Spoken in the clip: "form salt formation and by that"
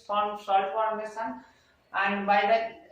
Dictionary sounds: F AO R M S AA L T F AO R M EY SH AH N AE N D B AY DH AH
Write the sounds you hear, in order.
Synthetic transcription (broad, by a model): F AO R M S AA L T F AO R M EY S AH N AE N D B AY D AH